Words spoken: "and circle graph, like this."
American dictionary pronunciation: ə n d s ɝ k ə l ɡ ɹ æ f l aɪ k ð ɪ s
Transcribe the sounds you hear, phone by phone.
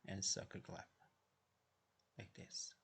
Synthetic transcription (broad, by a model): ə n s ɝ k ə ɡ l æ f l aɪ k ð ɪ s